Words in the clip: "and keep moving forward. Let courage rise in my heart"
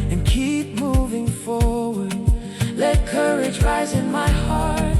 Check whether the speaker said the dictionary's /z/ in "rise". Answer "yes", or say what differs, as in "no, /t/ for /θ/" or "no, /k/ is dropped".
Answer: yes